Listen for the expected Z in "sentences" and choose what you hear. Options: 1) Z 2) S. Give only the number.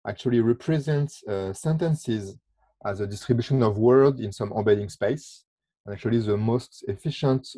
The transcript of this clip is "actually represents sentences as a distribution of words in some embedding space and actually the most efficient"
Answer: 1